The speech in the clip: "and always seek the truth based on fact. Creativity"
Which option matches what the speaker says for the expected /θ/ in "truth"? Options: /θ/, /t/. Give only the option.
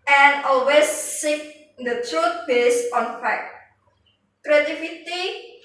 /t/